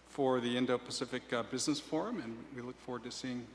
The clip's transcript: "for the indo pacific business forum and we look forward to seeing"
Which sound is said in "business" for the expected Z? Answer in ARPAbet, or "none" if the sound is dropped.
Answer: Z